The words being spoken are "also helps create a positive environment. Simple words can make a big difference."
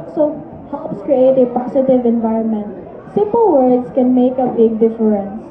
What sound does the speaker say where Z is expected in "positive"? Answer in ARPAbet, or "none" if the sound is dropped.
S